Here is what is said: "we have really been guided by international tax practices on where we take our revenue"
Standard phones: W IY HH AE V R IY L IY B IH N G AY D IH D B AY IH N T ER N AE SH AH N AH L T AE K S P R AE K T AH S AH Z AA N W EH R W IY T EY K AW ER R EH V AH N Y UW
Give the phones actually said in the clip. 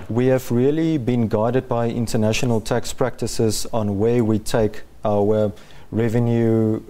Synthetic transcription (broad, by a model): W IY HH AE V R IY L IY B IH N G AY D IH D B AY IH N T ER N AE SH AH N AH L T AE K S P R AE K T AH S AH Z AA N W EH W IY T EY K AW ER R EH V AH N Y UW